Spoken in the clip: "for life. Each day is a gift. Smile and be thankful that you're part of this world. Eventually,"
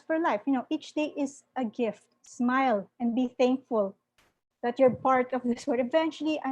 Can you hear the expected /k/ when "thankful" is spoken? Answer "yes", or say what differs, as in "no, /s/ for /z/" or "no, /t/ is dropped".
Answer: yes